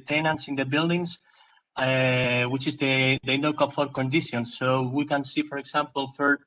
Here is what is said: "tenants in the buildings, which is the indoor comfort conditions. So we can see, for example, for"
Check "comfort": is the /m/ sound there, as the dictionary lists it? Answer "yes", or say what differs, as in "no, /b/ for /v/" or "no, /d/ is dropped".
no, /m/ is dropped